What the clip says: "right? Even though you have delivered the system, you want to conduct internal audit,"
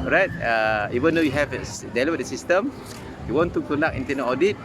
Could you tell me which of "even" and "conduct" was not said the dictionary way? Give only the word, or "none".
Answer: conduct